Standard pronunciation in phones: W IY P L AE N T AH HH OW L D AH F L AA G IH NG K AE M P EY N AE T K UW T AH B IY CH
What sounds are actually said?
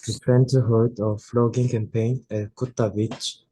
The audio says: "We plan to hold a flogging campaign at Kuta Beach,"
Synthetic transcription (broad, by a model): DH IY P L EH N T AH HH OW D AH F L AA G IH NG K AE M P EY N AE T K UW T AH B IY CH